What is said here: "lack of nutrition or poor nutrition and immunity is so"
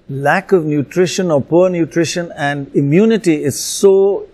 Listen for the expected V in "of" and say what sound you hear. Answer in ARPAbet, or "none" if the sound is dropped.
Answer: V